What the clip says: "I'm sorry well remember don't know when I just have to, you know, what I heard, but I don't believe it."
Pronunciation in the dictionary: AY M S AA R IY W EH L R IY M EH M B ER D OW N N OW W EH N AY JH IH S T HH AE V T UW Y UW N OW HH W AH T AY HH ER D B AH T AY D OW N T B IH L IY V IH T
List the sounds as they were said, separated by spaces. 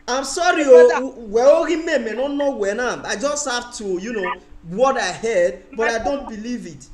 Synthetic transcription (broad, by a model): AY M S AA R IY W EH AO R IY M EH M ER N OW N N OW W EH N AY JH IH S T HH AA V T UW Y UW N OW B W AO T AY HH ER D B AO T AY D OW N T B IH L IY V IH T